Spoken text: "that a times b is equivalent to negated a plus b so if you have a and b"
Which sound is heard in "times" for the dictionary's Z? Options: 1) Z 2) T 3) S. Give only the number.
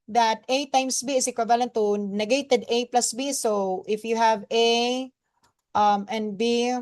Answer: 3